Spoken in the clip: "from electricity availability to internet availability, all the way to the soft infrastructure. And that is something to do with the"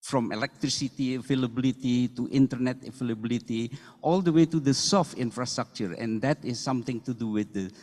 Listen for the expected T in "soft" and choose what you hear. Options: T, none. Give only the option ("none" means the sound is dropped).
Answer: T